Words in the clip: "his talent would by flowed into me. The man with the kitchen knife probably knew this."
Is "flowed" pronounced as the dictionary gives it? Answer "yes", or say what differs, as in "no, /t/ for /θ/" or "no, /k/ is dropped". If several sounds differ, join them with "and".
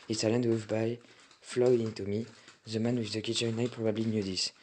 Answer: no, /d/ is dropped